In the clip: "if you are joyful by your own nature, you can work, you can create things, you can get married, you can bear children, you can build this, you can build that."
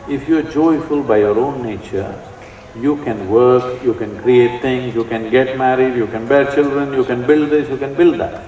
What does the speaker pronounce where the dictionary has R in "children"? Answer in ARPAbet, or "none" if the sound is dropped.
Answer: R